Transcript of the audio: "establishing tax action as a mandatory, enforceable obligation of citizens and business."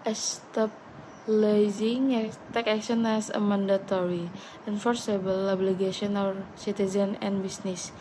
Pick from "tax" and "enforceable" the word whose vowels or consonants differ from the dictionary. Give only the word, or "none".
tax